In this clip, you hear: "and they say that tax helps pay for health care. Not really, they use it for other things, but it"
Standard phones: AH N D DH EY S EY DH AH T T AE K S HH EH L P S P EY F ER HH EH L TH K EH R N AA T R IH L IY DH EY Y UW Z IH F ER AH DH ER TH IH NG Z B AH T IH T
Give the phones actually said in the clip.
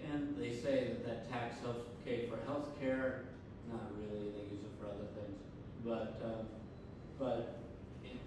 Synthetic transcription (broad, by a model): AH N DH EY S EY DH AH T T AE K S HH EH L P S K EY F ER HH EH L TH K EH R N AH T R IH L IY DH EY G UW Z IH F ER AH DH ER TH IH NG Z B AH T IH T